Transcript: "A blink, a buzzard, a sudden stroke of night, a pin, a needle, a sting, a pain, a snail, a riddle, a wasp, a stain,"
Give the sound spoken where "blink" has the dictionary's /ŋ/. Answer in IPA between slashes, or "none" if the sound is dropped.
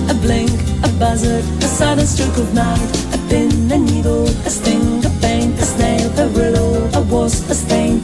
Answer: /ŋ/